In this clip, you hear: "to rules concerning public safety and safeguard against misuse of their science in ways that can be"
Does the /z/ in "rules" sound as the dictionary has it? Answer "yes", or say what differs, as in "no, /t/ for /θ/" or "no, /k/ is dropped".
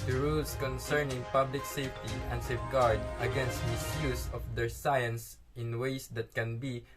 no, /s/ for /z/